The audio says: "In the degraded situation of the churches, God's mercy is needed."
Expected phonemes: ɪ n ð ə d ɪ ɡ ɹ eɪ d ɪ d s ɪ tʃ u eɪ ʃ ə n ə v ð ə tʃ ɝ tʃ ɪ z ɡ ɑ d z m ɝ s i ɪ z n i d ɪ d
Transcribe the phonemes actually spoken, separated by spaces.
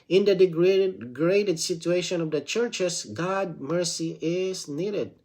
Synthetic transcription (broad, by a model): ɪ n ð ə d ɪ ɡ ɹ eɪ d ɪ d s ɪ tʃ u eɪ ʃ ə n ə v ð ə tʃ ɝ tʃ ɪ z ɡ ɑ d m ɝ s i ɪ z n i d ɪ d